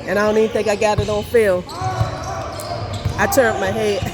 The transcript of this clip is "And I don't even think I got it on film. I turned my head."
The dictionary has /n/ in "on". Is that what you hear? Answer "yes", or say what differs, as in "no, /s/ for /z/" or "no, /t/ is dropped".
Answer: no, /l/ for /n/